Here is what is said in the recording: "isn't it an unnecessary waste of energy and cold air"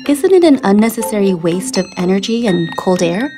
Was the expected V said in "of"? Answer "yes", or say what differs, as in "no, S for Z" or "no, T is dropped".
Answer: yes